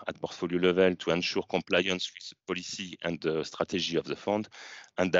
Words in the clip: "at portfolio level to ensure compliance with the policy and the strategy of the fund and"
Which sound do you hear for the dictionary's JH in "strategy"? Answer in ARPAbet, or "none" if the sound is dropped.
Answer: ZH